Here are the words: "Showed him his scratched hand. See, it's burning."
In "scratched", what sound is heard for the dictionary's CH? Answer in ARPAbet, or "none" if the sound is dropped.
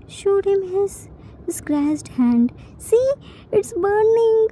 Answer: S